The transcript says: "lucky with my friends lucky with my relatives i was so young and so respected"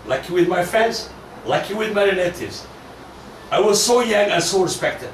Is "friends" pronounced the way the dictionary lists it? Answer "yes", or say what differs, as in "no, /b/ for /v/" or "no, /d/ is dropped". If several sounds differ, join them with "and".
yes